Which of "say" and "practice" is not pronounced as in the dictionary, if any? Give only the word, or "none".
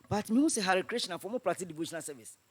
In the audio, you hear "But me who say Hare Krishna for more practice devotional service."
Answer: practice